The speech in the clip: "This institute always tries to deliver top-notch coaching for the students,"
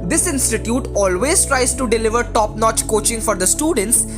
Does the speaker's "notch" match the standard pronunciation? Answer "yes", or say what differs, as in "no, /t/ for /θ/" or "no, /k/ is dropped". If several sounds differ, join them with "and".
yes